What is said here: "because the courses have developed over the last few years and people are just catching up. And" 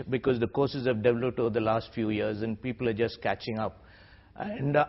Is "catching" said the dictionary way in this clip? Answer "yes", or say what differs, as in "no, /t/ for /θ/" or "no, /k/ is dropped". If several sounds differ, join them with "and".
yes